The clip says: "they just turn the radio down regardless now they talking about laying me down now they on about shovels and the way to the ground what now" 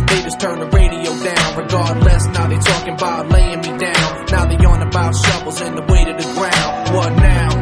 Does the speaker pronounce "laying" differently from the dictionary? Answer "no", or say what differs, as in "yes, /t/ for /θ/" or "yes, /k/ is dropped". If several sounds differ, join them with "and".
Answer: no